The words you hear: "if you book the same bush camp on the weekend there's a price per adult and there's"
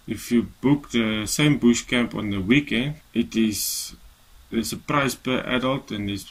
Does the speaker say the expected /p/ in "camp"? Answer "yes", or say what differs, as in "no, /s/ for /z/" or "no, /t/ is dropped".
yes